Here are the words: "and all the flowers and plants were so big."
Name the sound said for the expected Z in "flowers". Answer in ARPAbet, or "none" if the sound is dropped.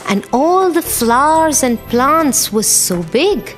Z